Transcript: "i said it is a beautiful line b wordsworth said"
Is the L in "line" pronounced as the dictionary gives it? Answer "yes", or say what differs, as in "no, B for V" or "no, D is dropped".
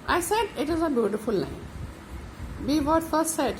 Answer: no, N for L